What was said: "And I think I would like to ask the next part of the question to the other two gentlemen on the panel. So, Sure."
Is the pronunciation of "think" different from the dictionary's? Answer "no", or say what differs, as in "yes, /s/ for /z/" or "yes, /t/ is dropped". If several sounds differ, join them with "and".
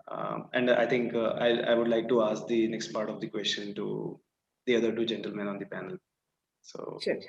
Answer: yes, /t/ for /θ/